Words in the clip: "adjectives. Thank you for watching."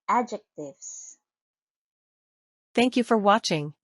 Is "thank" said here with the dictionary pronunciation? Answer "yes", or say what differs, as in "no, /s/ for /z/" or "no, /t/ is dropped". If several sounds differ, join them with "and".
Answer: yes